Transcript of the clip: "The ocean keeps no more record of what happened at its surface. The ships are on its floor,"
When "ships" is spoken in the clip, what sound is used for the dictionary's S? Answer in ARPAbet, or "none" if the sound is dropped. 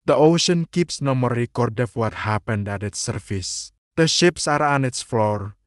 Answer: S